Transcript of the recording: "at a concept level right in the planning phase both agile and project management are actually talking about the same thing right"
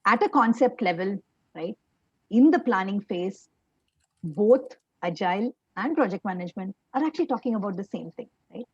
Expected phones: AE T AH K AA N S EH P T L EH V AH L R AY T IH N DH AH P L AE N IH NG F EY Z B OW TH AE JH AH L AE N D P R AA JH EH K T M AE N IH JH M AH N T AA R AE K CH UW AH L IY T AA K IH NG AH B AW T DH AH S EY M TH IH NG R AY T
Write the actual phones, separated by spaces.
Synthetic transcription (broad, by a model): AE T AH K AA N S EH P T L EH V AH L R AY T IH N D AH P L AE N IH NG F EY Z B OW T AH JH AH L AE N D P R AA JH EH K T M AE N IH JH M AH N T AA R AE K CH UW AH L IY T AA K IH NG AH B AW T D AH S EY M T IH NG R AY T